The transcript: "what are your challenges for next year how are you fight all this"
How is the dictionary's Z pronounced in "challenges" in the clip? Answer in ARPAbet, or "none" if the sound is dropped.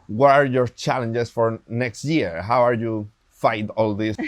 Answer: S